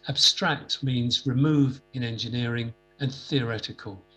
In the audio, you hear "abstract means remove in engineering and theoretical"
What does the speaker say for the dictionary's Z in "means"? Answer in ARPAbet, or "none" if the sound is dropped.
Z